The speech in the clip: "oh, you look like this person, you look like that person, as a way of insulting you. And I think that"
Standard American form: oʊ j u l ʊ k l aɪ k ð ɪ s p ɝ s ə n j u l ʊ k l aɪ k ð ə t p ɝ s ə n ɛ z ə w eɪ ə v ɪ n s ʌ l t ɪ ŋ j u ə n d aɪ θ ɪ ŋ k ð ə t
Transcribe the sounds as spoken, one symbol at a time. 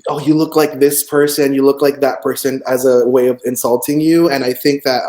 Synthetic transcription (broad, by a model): oʊ j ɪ l ʊ k l aɪ k ð ɪ s p ɝ s ə n j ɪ l ʊ k l aɪ k ð ə t p ɝ s ə n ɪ z ə w eɪ ə v ɪ n s ʌ l t ɪ ŋ j u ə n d aɪ θ ɪ ŋ k ð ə t